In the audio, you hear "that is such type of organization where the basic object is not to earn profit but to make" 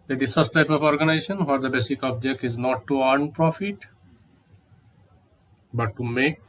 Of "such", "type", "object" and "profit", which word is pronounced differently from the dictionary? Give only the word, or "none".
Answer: such